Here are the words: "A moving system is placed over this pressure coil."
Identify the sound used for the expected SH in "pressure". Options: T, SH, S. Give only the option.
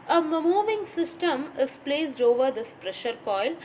SH